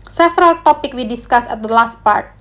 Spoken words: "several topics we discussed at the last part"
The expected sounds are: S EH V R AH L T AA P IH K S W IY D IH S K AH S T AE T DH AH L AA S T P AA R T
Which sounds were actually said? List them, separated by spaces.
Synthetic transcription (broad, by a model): S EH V R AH L T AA P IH K W IY D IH S K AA S AE T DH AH L AA S T P AA R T